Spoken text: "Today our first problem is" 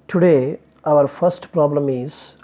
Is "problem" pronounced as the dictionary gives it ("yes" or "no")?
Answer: yes